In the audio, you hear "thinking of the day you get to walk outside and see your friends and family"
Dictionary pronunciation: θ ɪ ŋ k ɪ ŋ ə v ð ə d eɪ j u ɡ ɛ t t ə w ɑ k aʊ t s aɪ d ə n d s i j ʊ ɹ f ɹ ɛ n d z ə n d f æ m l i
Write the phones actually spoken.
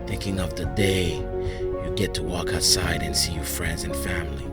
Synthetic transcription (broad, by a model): θ ɪ ŋ k ɪ ŋ ə v ð ə d eɪ j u ɡ ɛ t t ə w ɑ k aʊ t s aɪ d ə n s i j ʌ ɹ f ɹ ɛ n d z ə n f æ m l i